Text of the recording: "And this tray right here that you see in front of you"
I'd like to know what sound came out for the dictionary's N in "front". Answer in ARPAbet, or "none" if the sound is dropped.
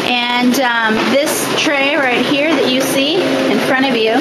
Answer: none